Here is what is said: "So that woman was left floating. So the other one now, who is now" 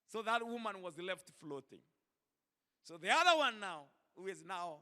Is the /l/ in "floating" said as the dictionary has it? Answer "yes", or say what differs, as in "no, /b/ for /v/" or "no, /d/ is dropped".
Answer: yes